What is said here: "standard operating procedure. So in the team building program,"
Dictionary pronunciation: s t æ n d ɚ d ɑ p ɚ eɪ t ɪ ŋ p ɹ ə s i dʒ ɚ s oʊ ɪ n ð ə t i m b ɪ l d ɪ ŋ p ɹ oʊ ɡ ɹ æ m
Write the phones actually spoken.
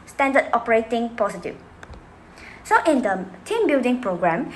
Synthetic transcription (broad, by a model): s t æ n d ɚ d ɑ p ɚ eɪ t ɪ ŋ p ə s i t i s oʊ ɪ n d ə t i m b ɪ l d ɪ ŋ p ɹ oʊ ɡ ɹ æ m